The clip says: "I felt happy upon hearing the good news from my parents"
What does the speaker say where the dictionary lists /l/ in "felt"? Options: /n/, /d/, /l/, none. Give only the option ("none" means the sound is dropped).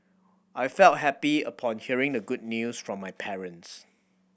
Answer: /l/